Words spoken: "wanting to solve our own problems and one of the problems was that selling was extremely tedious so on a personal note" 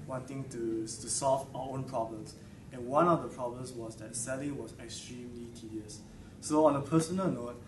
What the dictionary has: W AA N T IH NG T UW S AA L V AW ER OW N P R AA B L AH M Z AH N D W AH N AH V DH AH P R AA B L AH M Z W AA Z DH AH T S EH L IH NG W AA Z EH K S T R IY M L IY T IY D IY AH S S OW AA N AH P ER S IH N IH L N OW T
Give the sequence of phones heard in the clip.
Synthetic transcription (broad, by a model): W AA N T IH NG T UW S AA L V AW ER OW N P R AA B L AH M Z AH N W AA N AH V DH AH P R AA B L AH M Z W AA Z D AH T S EH L IH NG W AA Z EH K S T R IY M L IY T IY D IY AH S S OW AA N AH P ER S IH N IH L N OW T